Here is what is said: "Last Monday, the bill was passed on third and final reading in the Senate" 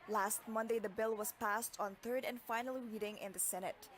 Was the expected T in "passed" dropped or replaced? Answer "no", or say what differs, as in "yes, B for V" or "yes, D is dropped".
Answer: no